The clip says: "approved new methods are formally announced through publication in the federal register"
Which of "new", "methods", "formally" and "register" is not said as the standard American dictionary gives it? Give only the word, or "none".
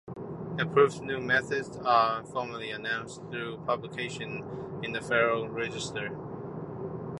none